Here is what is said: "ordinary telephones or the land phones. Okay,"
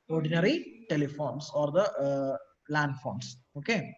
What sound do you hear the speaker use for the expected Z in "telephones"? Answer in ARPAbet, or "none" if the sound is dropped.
S